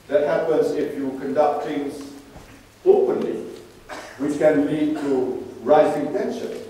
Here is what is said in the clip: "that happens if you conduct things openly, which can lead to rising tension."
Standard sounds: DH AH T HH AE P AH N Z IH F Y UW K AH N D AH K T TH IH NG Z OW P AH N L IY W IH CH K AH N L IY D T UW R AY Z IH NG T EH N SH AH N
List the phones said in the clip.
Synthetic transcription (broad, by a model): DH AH T HH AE P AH N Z IH F Y UW K AH N D AH K T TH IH NG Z OW P AH N L IY W IH CH K AH N L IY D T UW R AY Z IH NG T EH N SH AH N